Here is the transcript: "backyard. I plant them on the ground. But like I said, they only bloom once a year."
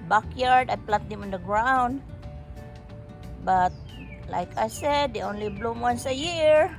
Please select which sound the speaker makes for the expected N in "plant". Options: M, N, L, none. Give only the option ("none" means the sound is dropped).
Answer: none